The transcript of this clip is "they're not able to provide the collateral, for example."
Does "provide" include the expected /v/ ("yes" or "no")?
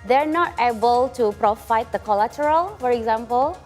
no